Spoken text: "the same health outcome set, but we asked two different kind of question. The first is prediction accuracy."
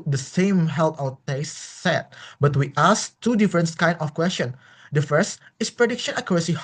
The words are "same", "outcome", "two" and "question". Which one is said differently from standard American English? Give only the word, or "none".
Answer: outcome